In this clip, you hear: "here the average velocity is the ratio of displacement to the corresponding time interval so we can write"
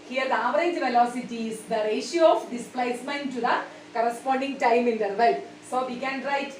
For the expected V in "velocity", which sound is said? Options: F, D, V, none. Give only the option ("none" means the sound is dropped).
V